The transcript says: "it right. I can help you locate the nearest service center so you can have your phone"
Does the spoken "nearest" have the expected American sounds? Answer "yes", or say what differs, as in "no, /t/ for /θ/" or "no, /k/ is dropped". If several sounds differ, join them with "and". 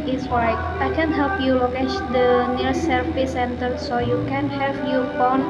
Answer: no, /s/ is dropped